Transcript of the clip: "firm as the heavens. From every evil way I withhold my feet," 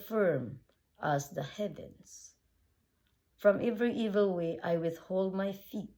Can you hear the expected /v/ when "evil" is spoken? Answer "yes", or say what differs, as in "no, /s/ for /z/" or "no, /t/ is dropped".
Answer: yes